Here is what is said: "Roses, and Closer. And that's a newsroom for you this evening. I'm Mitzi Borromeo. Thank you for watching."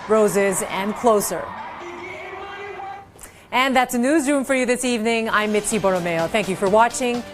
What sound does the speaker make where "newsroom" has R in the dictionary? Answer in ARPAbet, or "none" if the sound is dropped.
R